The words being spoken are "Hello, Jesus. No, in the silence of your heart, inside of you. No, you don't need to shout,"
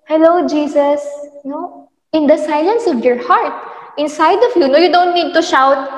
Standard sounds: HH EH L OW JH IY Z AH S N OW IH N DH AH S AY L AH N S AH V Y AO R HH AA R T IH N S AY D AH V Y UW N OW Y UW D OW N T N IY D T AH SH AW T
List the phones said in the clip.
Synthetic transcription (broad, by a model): HH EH L OW JH IY S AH S N OW IH N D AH S AY L AH N S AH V Y AO R HH AA R T IH N S AY D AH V Y UW N OW Y UW D OW N T N IY D T AH SH AW T